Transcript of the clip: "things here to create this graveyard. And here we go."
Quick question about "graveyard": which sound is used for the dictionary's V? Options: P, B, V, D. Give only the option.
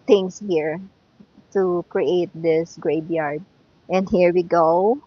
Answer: B